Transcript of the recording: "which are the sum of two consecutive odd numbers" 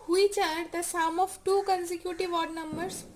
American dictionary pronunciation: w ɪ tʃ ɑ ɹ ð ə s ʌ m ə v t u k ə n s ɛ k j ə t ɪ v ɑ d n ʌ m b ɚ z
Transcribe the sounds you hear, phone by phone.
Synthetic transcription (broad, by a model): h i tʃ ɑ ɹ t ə s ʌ m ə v t u k ə n s ɛ k j ə t ɪ v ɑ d n ʌ m b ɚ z